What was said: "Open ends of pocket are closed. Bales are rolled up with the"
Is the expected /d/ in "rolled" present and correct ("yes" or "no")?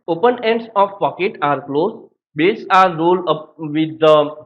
no